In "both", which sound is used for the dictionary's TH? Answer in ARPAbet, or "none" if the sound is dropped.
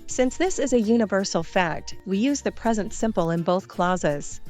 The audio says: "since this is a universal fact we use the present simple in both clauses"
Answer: TH